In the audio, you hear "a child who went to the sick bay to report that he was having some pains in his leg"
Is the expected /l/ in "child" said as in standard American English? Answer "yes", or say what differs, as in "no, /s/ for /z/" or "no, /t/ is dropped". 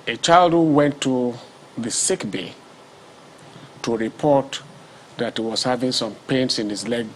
yes